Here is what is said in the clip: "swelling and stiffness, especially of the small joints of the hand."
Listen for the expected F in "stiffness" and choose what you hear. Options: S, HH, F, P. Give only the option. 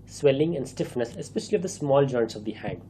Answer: F